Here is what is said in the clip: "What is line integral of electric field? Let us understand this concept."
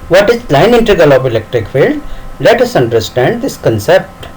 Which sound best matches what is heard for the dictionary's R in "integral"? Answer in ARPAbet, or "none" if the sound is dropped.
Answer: none